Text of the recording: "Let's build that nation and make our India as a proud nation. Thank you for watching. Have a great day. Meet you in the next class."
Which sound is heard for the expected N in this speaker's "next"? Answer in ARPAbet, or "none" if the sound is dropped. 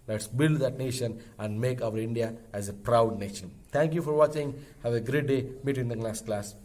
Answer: L